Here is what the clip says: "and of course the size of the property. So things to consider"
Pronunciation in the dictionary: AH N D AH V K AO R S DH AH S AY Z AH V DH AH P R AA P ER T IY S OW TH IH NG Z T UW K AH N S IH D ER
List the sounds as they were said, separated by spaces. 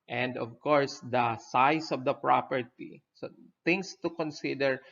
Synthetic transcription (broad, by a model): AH N D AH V K AO R S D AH S AY S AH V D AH P R AA P ER T IY S OW T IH NG S T UW K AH N S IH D ER